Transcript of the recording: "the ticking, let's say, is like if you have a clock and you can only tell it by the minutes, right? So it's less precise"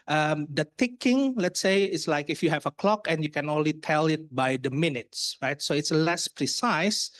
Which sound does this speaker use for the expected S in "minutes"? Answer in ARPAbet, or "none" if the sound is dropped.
S